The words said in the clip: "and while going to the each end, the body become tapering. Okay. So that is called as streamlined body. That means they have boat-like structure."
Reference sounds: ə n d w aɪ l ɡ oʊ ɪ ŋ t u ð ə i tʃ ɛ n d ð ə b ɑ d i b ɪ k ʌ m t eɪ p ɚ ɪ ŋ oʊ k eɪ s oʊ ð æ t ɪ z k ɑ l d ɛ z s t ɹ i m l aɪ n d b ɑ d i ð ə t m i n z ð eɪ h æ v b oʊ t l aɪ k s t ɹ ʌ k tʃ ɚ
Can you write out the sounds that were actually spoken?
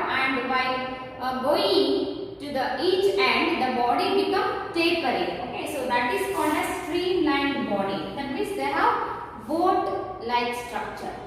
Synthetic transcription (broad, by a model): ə n d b aɪ ɡ oʊ ɪ ŋ t u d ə i tʃ ɛ n d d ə b ɑ d i b ɪ k ʌ m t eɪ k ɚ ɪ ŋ oʊ k eɪ s oʊ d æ t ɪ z k ɑ l d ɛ s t ɹ i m l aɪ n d b ɑ d i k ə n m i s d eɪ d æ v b oʊ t l aɪ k s t ɹ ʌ k tʃ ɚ